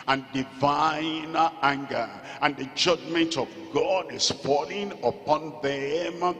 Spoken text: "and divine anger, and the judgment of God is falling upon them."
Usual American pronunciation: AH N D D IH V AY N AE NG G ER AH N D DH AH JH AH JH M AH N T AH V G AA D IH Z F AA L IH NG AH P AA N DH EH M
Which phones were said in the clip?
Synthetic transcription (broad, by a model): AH N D D IH V AY N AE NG G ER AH N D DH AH JH AH JH M AH N T AH V G AA D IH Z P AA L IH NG AH P AA N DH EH M